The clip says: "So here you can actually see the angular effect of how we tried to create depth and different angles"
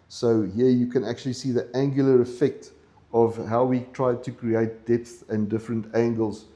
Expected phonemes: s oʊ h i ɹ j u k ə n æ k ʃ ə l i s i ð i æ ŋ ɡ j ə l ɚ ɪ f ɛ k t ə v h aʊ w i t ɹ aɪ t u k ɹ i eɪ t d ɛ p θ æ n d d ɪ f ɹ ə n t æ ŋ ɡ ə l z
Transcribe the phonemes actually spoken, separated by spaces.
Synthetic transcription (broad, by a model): s oʊ h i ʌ j u k ə n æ k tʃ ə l i s i ð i æ ŋ ɡ j ə l ɚ ɪ f ɛ k t ə v h aʊ w i t ɹ aɪ t u k ɹ i eɪ t d ɛ p θ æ n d d ɪ f ɹ ə n t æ ŋ ɡ ə l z